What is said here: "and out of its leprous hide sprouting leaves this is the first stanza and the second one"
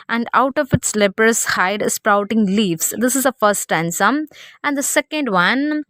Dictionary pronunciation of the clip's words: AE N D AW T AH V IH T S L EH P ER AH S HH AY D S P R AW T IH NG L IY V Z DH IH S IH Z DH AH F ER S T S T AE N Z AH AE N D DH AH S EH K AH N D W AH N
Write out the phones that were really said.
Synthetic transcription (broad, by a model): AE N D AW T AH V IH T S L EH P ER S HH AY D S P R AW T IH NG L IY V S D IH S IH Z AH F ER S T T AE N S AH AE N D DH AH S EH K AH N D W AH N